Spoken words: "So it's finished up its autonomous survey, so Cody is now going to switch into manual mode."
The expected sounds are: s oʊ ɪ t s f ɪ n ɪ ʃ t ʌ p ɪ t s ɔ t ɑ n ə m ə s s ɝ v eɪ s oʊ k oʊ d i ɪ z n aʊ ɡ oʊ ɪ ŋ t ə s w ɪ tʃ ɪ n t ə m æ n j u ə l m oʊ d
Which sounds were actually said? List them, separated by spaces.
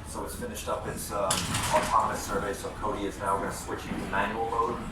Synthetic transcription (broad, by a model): s oʊ ɪ t s f ɪ n ɪ ʃ t ʌ p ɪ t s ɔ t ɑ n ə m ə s s ɝ v eɪ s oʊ k oʊ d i ɪ z n aʊ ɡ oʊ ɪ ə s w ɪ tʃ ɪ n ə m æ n j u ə l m oʊ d